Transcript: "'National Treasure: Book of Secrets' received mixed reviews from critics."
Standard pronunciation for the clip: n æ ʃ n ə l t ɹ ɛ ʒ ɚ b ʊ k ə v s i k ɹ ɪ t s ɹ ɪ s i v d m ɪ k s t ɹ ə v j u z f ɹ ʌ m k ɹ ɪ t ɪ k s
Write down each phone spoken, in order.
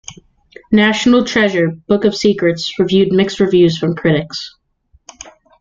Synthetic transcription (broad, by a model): n æ ʃ n l t ɹ ɛ ʒ ɚ b ʊ k ə v s i k ɹ ɪ t s ɹ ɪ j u d m ɪ k s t ɹ ə v j u z f ɹ ʌ m k ɹ ɪ t ɪ k s